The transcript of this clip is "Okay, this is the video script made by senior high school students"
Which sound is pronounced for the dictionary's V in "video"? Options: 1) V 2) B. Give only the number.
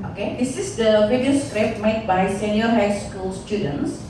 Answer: 2